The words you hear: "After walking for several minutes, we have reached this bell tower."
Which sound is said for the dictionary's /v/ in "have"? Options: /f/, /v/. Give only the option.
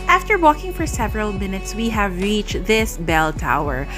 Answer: /v/